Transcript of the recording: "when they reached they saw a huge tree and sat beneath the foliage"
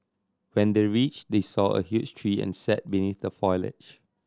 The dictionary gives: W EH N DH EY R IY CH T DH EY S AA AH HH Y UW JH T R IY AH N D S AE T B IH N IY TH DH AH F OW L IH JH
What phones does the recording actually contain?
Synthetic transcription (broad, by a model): W EH N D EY R IY CH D EY S AA AH HH Y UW CH T R IY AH N S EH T B IH N IY TH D AH F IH L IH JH